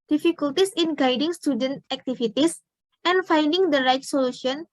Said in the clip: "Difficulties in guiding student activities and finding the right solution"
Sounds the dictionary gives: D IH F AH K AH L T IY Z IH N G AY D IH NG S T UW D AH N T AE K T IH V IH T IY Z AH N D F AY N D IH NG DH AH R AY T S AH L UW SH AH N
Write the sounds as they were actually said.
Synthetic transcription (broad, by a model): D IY F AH K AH L T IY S IH N G AY D IH NG S T UW D AH N T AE K T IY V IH T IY S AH N F AY N D IH NG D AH R AY T S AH L UW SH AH N